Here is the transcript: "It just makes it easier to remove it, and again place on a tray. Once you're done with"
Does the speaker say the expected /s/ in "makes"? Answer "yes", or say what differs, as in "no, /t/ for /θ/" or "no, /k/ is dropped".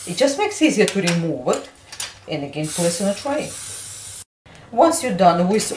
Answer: yes